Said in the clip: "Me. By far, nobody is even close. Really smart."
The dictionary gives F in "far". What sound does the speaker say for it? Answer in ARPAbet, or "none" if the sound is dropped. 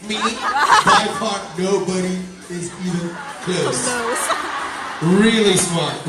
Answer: P